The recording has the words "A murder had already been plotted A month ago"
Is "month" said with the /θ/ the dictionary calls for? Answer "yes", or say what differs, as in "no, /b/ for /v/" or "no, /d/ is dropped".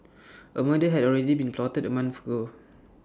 no, /f/ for /θ/